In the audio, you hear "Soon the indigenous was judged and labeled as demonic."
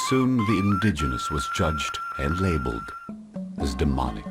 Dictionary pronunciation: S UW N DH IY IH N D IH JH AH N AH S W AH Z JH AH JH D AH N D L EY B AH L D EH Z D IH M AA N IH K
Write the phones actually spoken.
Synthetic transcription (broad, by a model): S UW N DH IY IH N D IH JH AH N AH S W AH Z JH AH JH D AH N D L EY B AH L D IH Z D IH M AA N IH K